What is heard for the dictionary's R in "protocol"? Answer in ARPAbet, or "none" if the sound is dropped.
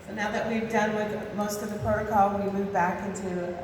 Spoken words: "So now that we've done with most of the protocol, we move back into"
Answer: none